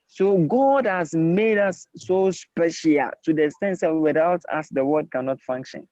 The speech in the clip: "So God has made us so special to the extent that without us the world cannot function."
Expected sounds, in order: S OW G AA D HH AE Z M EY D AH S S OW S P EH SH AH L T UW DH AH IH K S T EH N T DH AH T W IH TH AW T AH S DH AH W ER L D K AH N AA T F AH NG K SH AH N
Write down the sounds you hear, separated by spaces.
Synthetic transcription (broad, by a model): S OW G AA D HH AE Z M EY D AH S S OW S P EH SH AH L T UW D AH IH S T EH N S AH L W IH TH AW T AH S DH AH W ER D K AH N AA T F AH NG K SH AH N